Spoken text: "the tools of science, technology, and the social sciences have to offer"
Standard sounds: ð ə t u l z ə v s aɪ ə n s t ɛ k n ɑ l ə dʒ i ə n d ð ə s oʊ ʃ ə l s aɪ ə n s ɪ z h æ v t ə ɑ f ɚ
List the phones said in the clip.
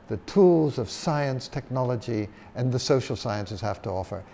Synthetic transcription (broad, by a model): ð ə t u l z ə v s aɪ ə n s t ɛ k n ɑ l ə dʒ i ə n ð ə s oʊ ʃ l s aɪ ə n s ɪ z h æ f t ə ɑ f ɚ